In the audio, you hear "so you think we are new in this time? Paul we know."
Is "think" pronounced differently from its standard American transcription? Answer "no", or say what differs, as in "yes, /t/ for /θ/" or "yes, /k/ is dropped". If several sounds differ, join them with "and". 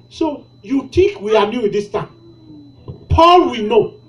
yes, /t/ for /θ/